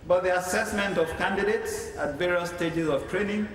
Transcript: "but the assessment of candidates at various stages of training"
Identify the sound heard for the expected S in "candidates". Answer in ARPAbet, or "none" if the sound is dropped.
S